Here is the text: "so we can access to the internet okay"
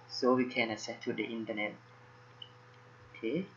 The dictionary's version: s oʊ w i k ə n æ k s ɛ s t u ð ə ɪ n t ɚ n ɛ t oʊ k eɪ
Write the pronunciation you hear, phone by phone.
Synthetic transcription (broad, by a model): s oʊ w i k ə n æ s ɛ t u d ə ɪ n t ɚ n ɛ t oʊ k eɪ